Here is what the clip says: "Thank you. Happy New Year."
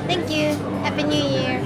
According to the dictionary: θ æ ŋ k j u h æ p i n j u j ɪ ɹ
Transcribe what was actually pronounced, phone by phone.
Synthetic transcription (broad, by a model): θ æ ŋ k j u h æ b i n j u j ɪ ɹ